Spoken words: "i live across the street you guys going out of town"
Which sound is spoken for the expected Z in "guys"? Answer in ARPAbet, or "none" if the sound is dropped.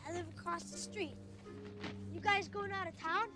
Z